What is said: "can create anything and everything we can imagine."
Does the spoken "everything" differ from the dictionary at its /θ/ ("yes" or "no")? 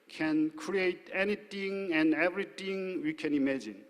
yes